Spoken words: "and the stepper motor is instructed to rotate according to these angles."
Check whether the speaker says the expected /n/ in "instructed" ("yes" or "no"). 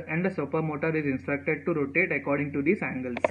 yes